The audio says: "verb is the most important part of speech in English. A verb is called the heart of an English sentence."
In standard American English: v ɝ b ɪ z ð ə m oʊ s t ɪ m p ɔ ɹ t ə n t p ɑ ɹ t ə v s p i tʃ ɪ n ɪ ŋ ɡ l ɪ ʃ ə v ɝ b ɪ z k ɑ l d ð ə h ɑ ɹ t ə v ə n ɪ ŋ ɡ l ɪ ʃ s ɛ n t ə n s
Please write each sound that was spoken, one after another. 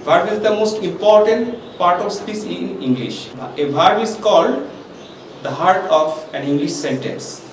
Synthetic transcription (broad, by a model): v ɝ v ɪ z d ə m oʊ s t ɪ m p ɔ ɹ t ə n t p ɑ ɹ t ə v s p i s ɪ n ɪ ŋ ɡ l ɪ ʃ ə b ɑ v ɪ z k ɑ l d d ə h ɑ ɹ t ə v ə n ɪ ŋ ɡ l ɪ ʃ s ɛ n t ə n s